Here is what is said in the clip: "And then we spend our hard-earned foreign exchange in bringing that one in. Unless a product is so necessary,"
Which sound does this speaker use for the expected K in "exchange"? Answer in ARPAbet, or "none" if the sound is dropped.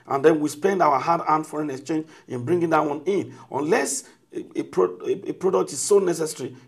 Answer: K